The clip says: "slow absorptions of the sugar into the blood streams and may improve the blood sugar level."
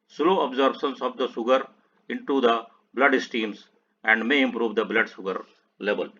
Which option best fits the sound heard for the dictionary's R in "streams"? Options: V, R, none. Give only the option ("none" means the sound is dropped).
none